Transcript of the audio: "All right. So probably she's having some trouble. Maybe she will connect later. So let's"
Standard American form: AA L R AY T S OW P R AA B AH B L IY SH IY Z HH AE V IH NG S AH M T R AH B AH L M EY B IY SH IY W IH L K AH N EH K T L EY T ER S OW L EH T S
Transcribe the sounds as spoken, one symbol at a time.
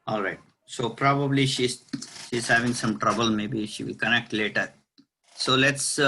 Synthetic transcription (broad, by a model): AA L R AY T S OW P R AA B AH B L IY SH IY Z HH AE V IH NG S AH M T R AH B AH L M EY B IY SH IY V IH L K AH N EH K T L EY T ER S OW L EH T S